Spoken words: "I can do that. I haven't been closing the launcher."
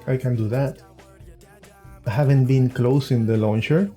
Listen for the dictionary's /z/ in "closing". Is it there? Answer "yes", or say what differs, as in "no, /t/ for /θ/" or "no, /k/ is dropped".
no, /s/ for /z/